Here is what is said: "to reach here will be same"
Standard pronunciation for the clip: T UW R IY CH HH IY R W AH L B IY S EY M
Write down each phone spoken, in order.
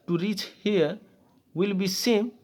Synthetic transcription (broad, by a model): T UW R IY CH HH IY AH W AH L B IY S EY M